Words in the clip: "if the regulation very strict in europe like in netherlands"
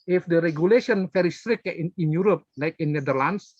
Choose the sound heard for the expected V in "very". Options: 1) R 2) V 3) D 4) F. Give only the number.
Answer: 4